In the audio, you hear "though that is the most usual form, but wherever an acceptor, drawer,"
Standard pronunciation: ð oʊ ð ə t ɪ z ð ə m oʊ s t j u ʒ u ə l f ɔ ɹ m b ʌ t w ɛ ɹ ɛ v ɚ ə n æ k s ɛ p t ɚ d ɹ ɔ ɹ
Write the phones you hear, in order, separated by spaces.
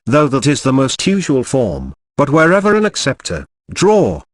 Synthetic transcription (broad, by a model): ð oʊ ð ə t ɪ z ð ə m oʊ s t j u ʒ u ə l f ɔ ɹ m b ʌ t w ɛ ɹ ɛ v ɚ ə n æ k s ɛ p t ɚ d ɹ ɔ